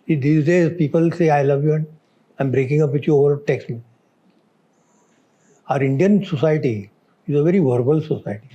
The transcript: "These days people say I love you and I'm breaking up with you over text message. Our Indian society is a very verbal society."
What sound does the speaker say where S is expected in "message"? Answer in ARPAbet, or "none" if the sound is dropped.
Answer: none